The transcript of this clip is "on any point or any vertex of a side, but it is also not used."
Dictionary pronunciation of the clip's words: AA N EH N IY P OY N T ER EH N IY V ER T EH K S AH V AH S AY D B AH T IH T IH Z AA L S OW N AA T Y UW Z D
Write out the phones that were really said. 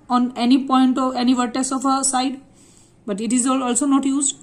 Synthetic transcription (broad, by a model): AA N EH N IY P OY N T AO EH N IY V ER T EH S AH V AH S AY D B AH T IH T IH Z AA L S OW N AA T Y UW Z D